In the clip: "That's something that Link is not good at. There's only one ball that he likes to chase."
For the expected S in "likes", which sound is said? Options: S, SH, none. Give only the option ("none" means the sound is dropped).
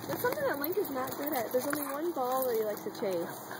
none